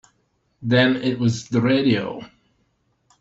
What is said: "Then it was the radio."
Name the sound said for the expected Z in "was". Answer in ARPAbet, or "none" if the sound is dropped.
Z